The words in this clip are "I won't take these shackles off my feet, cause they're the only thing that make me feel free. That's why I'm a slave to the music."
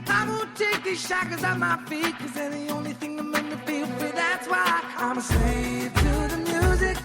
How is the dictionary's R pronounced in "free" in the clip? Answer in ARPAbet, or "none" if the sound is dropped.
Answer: none